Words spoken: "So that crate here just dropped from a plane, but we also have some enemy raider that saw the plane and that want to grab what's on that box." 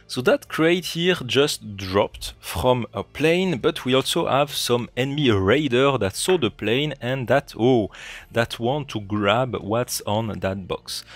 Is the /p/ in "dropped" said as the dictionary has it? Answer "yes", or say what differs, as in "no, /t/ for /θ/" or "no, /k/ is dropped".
yes